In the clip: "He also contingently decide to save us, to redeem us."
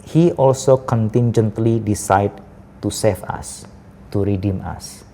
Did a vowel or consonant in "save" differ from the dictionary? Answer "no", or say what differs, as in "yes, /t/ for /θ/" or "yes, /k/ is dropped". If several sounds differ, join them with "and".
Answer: yes, /f/ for /v/